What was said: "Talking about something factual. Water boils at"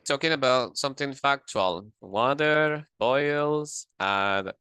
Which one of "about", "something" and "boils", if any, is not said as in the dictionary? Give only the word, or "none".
none